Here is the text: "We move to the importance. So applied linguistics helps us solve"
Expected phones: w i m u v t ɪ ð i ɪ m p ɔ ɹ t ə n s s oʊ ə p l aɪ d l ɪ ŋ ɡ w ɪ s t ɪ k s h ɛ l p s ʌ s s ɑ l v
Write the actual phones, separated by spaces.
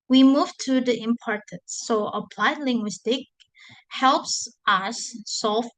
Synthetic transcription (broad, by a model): w i m u v t ɪ ð i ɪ m p ɔ ɹ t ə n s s oʊ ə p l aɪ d l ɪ ŋ ɡ w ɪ s t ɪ k h ɛ l p s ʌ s s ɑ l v